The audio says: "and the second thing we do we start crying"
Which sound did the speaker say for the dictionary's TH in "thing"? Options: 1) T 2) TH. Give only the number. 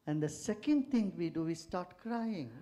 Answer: 1